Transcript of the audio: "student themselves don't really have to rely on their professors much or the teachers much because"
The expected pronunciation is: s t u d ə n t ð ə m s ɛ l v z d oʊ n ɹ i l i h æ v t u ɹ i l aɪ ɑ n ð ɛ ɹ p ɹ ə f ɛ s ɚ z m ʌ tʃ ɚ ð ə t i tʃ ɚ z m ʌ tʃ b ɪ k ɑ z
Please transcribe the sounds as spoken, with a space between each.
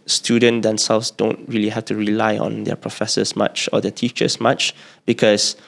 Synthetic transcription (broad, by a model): s t u d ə n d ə m s ɛ l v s d oʊ n ɹ i l i h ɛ f t u ɹ i l aɪ ɑ n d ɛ p ɹ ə f ɛ s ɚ s m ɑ tʃ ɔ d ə t i tʃ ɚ s m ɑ tʃ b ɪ k ɑ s